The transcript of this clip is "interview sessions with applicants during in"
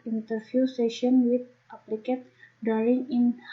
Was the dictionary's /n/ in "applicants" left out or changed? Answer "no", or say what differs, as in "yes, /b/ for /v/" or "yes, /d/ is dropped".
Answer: yes, /n/ is dropped